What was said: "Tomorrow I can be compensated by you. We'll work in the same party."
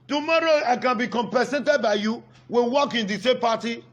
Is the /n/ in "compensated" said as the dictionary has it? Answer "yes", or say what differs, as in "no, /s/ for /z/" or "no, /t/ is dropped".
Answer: no, /n/ is dropped